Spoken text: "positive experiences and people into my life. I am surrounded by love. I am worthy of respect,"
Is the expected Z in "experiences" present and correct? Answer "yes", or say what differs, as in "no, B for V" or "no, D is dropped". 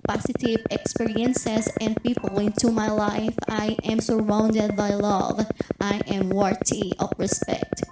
no, S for Z